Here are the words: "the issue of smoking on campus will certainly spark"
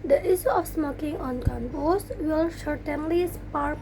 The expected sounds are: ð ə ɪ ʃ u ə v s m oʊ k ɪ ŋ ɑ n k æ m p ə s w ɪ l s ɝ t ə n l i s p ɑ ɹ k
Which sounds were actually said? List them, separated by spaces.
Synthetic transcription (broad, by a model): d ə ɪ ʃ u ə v s m oʊ k ɪ ŋ ɑ n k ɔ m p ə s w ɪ l ʃ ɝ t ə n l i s p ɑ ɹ